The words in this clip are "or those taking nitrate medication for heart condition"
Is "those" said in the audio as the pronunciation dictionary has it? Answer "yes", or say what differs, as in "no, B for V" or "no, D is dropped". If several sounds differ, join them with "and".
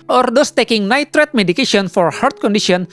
no, S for Z